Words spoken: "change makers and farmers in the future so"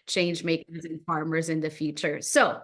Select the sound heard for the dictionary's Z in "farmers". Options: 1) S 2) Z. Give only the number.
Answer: 2